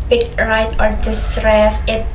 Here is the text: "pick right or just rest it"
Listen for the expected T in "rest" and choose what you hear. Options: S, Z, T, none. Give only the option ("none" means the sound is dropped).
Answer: none